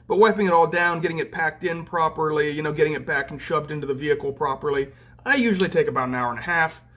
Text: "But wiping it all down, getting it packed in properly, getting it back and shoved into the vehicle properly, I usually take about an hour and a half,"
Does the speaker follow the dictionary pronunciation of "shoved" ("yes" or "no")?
no